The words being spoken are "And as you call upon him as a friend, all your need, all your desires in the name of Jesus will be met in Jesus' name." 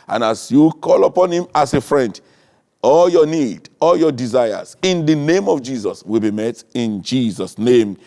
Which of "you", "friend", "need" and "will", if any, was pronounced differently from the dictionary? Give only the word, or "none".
none